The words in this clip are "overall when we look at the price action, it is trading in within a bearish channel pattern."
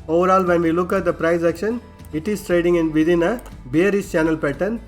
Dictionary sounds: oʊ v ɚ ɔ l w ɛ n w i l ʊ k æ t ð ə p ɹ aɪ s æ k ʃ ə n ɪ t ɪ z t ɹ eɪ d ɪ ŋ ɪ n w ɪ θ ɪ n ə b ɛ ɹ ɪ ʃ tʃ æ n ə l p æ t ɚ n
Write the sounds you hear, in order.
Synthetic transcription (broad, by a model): oʊ v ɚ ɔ l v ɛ n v i l ʊ k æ t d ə p ɹ aɪ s æ k ʃ ə n ɪ t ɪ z t ɹ eɪ d ɪ ŋ ɪ n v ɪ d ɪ n ə b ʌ ɹ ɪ s tʃ æ n ə l p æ t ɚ n